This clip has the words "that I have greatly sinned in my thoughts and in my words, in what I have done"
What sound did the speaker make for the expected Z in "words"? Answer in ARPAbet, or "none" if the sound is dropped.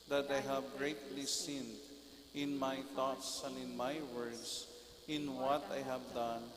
S